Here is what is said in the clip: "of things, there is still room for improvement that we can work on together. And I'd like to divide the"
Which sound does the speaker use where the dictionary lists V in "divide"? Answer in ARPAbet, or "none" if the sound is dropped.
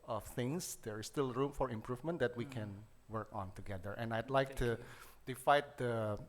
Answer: F